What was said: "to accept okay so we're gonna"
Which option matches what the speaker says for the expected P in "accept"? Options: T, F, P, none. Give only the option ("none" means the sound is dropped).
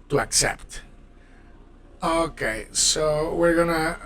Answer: P